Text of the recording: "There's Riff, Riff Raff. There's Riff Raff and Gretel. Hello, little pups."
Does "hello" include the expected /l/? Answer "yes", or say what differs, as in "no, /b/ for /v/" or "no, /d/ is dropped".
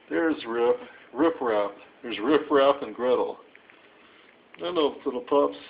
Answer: no, /n/ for /l/